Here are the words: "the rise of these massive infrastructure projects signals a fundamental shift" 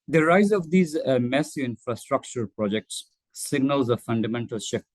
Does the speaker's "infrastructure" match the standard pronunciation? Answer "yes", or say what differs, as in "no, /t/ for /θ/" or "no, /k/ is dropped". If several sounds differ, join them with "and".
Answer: yes